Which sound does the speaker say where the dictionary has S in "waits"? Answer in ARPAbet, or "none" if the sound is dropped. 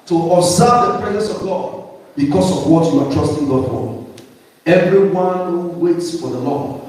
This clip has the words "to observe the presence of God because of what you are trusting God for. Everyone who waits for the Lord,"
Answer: S